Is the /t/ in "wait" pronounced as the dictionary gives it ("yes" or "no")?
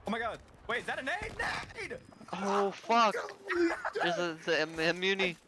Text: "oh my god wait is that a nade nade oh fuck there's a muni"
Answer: no